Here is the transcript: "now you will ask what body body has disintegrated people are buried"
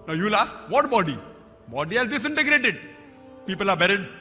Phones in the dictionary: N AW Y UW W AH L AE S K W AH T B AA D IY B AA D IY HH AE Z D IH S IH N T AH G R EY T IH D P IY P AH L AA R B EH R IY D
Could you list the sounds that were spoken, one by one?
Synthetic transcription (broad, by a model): N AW Y UW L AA S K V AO T B AA D IY B AA D IY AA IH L D IH S IH N T AH G R EY T IH D P IY P AH L AA R B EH R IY D